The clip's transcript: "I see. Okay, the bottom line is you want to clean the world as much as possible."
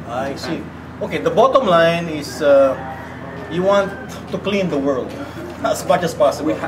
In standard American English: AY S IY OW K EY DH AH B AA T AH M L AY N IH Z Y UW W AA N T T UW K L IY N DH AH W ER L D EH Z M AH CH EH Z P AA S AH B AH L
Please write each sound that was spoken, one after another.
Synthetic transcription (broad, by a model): AY S IY OW K EY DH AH B AA T AH M L AY N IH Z Y UW W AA N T T UW K L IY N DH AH W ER L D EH S M AH CH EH S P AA S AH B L